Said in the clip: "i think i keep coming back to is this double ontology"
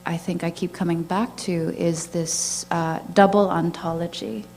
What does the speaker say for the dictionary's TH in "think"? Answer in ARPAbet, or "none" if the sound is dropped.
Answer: TH